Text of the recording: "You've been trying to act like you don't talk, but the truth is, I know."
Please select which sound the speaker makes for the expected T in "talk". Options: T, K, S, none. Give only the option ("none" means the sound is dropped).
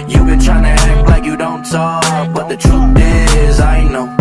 S